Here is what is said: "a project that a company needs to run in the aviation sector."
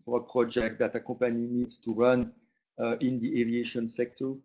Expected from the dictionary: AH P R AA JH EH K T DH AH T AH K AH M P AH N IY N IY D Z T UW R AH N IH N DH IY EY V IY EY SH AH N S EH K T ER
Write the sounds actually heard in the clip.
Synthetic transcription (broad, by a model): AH P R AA JH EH K T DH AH T AH K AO P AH N IY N IY D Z T UW R AH N IH N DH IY EY V IY EY SH AH N S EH K T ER